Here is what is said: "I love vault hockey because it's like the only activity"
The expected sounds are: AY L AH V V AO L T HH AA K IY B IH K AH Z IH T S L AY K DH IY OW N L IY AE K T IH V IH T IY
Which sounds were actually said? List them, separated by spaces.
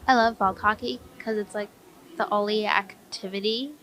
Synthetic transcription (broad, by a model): AY L AH V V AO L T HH AA K IY K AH Z IH T S L AY K DH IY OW L IY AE K T IH V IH T IY